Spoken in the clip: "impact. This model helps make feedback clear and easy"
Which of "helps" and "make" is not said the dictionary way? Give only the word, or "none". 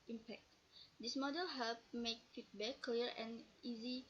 helps